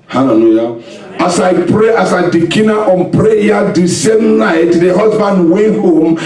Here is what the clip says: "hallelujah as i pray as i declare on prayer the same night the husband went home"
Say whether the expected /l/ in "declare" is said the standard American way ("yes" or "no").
no